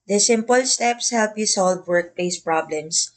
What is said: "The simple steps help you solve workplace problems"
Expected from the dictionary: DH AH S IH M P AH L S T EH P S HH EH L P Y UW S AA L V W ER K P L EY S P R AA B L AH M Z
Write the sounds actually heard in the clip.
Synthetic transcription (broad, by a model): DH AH S IH M P AH L S T EH P S HH EH L P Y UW S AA L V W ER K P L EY S P R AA B L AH M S